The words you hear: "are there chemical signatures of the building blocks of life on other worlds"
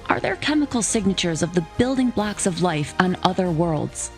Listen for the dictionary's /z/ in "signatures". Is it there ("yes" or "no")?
yes